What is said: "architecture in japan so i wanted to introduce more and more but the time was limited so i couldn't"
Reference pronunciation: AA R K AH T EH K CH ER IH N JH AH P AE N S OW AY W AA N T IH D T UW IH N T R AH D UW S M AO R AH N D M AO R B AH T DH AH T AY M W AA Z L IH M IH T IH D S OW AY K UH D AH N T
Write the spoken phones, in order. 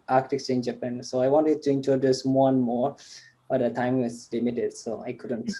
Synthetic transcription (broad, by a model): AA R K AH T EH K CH IH N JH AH P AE N S OW AY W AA N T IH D T UW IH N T AH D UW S M AO R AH N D M AO R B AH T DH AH T AY M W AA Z L IH M IH T IH D S OW AY K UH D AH N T